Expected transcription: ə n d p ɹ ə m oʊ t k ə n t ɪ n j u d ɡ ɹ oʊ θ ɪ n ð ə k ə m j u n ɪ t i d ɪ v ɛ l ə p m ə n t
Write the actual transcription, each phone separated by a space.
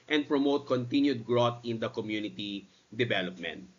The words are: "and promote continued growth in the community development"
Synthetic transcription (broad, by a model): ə n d p ɹ ə m oʊ t k ə n t ɪ n j u d ɡ ɹ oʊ t ɪ n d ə k ə m j u n ɪ t i d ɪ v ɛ l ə p m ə n t